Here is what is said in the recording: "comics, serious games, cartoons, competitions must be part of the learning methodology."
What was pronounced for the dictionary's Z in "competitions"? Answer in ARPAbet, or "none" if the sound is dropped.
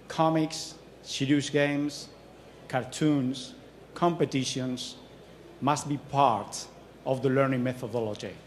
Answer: S